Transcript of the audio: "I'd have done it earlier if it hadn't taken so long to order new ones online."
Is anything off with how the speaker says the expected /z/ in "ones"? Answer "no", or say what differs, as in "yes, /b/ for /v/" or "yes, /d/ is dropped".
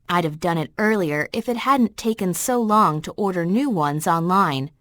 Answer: no